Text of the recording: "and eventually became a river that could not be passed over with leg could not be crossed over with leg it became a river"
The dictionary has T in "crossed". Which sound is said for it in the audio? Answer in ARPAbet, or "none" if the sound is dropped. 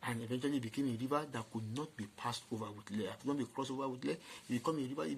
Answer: none